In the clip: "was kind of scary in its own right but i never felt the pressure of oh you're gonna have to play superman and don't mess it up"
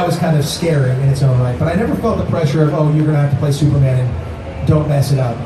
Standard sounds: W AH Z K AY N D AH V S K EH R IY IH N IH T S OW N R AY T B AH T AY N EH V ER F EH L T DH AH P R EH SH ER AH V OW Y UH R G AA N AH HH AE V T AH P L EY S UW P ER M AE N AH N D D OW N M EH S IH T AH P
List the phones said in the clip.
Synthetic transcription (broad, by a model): W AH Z K AY N D AH V S K EH R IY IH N IH T S OW N L AY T B AH T AY N EH V ER F EH L T DH AH P R EH SH ER AH V OW Y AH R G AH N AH HH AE F T AH P L EY S UW P ER M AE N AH N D D OW N M EH S IH T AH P